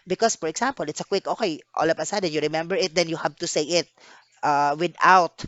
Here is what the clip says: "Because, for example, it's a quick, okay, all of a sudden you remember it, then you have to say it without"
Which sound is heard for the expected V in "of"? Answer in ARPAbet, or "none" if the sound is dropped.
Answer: P